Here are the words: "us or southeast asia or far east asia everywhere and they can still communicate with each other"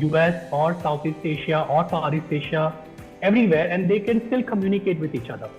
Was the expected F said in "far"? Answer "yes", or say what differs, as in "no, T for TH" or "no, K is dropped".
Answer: no, P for F